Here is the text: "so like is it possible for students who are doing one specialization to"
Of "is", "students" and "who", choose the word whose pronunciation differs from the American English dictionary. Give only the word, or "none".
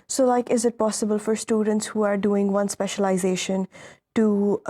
none